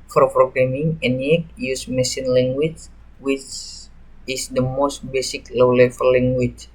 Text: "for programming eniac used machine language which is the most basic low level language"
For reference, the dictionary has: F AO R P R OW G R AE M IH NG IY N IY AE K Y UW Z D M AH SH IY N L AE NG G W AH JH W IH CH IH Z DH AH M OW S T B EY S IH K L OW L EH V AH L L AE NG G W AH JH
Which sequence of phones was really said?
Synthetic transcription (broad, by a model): F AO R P R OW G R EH M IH NG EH N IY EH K Y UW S M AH S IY N L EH NG G W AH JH W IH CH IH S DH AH M OW S T B EY S IH K L OW L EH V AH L L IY NG G W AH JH